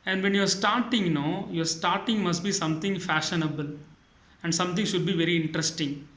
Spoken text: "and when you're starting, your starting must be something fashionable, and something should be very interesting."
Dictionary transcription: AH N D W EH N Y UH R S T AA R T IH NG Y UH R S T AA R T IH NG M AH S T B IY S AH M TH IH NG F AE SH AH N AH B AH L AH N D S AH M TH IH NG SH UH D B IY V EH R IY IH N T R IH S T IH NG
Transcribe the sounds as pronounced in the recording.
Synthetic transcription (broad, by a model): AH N D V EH N Y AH R S T AA R T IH NG Y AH R S T AA R T IH NG M AH S T B IY S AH M T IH NG F AE SH AH N AH B AH L AH N D S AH M T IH NG SH UH D B IY V EH R IY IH N T R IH S T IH NG